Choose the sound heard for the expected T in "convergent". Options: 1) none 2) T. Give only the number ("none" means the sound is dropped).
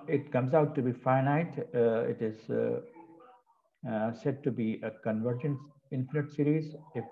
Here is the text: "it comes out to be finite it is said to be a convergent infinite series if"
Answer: 1